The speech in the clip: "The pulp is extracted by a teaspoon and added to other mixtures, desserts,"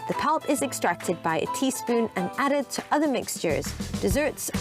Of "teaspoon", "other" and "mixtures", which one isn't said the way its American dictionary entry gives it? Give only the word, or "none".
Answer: none